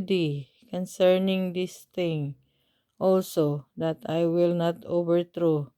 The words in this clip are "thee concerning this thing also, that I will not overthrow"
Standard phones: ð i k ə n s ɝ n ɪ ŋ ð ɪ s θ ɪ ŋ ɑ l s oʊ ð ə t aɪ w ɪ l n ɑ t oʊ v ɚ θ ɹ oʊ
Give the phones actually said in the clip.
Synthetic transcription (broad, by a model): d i k ə n s ɝ n ɪ ŋ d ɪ s t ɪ ŋ ɑ l s oʊ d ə t aɪ w ɪ l n ɑ t oʊ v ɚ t ɹ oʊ